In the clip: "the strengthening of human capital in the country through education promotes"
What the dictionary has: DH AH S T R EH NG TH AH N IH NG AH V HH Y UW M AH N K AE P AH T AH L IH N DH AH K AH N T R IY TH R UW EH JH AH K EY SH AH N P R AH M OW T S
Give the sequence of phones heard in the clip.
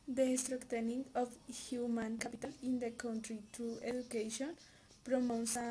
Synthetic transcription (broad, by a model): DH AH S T R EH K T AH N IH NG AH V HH Y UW M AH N K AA P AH T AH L IH N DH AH K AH N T R IY T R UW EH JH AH K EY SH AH N P R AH M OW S